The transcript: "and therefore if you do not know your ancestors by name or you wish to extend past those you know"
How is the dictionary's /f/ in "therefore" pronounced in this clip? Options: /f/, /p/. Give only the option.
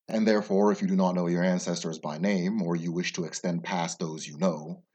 /f/